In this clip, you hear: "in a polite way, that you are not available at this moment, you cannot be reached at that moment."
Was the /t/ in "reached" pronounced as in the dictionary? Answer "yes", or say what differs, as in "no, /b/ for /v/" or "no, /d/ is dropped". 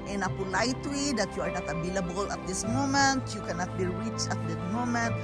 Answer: no, /t/ is dropped